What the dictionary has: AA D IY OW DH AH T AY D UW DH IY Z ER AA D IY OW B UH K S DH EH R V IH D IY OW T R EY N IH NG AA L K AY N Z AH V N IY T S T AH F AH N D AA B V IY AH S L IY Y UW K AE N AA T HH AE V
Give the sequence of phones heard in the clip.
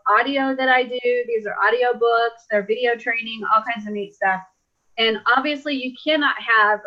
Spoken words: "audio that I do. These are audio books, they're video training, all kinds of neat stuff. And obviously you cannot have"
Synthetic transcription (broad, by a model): AA D IY OW DH AH T AY D UW DH IY Z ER AA D IY OW B UH K S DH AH R V IH D IY OW T R EY N IH NG AA L K AY N Z AH V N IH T S T AH F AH N AA B V IY AH S L IY Y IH K AE N AA T HH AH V